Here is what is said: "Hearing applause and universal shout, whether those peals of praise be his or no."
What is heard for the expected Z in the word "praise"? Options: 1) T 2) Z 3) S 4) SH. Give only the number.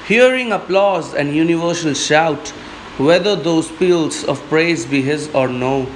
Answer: 2